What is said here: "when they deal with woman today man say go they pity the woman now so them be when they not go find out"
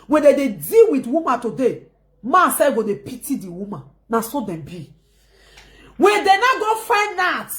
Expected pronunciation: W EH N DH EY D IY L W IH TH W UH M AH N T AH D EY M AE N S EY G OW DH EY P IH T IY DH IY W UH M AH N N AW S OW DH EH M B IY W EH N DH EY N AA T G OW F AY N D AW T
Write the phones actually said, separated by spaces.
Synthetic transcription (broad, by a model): W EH N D EY D IY L W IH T W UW M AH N T AH D EY M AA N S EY G OW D EY P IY T IY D IY W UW M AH N N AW S OW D EH M B IY W EH N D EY N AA G OW F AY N AW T